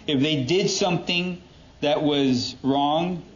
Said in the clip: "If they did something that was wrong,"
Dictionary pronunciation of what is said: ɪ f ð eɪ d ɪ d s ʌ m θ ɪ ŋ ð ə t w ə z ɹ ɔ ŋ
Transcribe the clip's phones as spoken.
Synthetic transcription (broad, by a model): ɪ f ð eɪ d ɪ d s ʌ m θ ɪ ŋ ð ə t w ə z ɹ ɔ ŋ